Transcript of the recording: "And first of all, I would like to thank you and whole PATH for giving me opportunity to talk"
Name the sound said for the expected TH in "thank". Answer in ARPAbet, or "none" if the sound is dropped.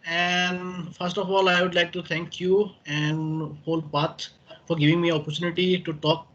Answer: T